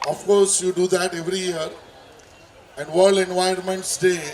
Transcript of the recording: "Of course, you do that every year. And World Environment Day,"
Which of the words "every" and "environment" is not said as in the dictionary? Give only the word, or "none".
environment